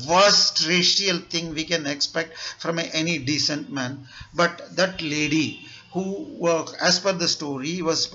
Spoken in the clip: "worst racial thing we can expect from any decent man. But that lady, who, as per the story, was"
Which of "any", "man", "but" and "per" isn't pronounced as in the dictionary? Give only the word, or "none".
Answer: per